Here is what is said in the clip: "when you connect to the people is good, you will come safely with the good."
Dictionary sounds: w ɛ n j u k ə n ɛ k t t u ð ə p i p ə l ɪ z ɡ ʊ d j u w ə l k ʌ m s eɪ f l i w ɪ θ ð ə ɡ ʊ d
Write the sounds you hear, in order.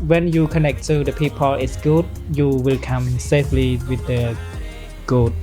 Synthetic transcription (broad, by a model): w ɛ n j u k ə n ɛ k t t u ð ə p i p ə l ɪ s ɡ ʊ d j u w ə l k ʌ m s eɪ f l i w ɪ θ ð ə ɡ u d